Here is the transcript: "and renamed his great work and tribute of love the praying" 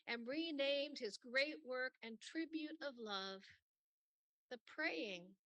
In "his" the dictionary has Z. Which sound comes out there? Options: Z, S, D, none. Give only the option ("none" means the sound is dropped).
Z